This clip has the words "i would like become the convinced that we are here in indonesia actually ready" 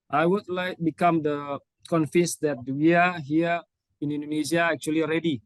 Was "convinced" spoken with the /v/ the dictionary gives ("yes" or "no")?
no